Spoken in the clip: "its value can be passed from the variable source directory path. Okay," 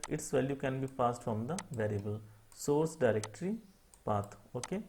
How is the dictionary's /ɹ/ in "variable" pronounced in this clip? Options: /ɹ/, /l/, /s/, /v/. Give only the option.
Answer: /ɹ/